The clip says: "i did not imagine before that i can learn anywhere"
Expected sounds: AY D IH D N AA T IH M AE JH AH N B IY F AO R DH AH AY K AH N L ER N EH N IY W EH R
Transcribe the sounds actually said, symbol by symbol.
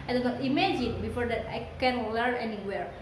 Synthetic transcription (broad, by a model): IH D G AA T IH M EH JH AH N B IY F AO R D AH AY K AH N W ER EH N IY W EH R